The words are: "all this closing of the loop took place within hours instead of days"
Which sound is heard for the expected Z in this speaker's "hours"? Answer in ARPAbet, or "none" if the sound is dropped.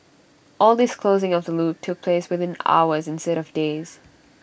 Z